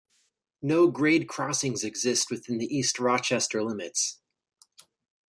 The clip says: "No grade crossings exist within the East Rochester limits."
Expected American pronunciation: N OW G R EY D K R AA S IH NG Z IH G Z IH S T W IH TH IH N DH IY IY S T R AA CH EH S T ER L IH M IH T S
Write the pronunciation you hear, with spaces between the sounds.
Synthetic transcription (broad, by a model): N OW G R EY D K R AA S IH NG Z IH G Z IH S T W IH TH IH N DH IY IY S T R AA CH EH S T ER L IH M IH T S